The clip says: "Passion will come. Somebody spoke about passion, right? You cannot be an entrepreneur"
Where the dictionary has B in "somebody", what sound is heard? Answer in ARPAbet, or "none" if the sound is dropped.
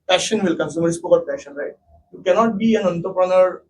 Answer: none